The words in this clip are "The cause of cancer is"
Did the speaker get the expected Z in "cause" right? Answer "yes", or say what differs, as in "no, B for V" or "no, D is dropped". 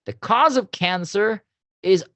yes